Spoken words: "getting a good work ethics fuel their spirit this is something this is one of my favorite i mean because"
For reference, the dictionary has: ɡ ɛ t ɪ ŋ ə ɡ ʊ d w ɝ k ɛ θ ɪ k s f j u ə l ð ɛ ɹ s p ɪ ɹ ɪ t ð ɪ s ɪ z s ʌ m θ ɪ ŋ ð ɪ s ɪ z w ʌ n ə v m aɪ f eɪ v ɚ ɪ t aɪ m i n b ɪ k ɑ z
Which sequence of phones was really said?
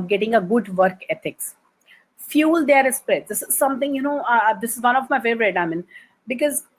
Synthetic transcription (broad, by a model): ɡ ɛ t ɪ ŋ ə ɡ ʊ d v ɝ k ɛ t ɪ k s f j u l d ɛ ɹ s p ɹ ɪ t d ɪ s ɪ z s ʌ m t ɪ ŋ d ɪ s ɪ z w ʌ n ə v m aɪ f eɪ v ɚ ɪ t aɪ m i n b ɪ k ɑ z